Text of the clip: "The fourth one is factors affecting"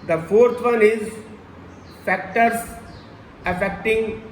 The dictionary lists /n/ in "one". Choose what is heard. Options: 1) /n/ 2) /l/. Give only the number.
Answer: 2